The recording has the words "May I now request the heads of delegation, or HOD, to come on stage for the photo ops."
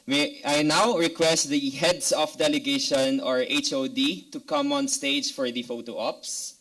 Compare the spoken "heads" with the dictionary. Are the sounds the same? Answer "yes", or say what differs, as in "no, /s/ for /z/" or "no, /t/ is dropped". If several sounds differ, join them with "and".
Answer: no, /s/ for /z/